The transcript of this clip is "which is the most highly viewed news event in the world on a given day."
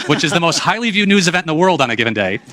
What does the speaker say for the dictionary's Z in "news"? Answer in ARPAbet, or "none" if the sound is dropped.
Z